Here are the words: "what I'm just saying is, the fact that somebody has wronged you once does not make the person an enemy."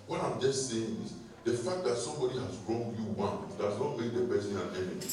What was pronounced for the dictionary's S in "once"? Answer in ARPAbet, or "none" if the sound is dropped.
none